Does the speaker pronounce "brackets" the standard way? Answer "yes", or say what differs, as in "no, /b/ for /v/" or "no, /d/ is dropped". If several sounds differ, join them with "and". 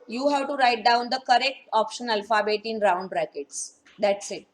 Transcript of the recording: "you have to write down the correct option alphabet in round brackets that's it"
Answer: yes